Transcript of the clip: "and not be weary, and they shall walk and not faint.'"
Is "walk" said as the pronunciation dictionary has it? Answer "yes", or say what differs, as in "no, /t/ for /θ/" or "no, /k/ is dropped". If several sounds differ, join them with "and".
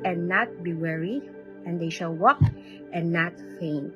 yes